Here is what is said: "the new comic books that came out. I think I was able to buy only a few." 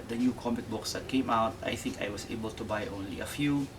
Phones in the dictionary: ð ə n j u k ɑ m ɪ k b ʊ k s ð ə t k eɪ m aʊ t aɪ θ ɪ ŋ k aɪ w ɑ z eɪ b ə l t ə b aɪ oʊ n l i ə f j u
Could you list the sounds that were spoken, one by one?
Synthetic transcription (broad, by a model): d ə n j u k ɑ m ɪ k b ʊ k s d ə t k eɪ m aʊ t aɪ θ ɪ ŋ k aɪ w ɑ s eɪ b ə l t ə b aɪ oʊ n l i ə f j u